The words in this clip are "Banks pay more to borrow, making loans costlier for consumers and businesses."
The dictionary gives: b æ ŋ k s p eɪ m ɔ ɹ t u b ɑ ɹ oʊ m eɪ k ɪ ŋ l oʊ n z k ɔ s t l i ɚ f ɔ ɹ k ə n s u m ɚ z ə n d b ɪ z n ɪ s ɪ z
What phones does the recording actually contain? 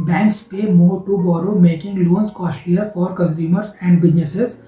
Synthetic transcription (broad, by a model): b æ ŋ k s p eɪ m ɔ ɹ t u b ɑ ɹ oʊ m eɪ k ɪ ŋ l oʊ n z k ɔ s t i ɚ f ɔ ɹ k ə n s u m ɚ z ə n d b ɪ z n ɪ s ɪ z